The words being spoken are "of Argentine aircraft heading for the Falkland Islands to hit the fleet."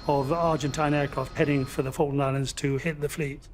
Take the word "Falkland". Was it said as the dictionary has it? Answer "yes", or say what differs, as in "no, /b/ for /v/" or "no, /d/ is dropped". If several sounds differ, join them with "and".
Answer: no, /d/ is dropped